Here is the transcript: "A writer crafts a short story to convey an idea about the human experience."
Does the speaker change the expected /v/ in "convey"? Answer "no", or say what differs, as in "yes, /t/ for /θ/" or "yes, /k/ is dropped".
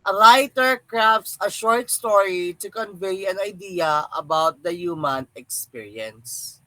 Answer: no